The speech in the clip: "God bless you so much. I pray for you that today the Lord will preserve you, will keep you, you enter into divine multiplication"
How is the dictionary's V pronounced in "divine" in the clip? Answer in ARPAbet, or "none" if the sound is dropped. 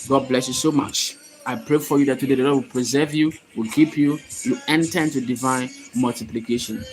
V